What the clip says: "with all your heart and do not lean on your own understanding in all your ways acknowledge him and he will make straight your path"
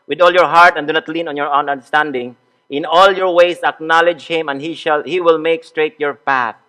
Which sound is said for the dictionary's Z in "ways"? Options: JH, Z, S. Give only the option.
S